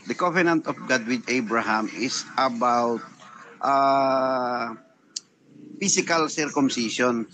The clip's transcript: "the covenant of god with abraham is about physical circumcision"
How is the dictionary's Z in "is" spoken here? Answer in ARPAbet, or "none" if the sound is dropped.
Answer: S